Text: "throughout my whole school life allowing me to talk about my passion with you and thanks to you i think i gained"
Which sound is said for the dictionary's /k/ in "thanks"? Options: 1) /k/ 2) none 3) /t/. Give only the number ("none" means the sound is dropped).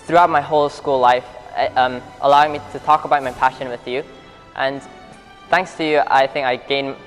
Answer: 1